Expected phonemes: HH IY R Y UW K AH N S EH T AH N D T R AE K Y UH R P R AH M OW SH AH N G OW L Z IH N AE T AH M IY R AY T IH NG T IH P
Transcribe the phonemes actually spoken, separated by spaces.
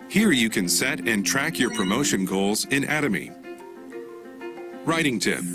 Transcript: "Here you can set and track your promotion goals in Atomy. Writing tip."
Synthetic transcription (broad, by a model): HH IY R Y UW K AH N S EH T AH N T R AE K Y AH R P R AH M OW SH AH N G OW L Z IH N AE T AH M IY R AY T IH NG T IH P